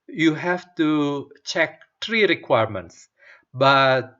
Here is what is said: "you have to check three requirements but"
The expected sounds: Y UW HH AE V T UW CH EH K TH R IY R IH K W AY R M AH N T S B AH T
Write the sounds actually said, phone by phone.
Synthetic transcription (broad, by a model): Y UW HH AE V T UW CH EH K T R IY R IH K W AY R M AH N T S B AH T